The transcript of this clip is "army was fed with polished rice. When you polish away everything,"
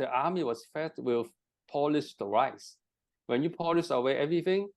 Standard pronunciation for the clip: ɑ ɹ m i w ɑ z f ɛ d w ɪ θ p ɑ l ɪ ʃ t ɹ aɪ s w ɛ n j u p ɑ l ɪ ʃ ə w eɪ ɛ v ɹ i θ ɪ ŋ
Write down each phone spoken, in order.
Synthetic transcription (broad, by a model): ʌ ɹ m i w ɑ s f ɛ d w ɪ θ p ɑ l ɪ s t ɹ aɪ s w ɛ n j u p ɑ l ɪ s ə w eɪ ɛ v ɹ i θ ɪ ŋ